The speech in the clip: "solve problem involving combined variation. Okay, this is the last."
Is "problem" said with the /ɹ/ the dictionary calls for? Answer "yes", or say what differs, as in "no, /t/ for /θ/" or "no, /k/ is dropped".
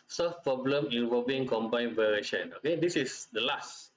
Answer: yes